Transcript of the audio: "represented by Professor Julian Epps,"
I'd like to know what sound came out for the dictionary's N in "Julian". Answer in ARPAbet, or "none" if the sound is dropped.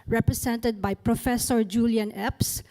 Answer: N